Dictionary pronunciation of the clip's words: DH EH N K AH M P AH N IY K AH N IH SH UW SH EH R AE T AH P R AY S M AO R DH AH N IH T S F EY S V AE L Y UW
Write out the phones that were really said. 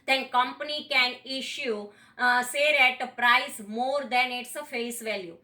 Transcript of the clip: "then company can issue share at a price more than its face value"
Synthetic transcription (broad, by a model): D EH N K AH M P AH N IY K AH N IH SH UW S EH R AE T AH P R AY S M AO R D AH N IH T S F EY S V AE L Y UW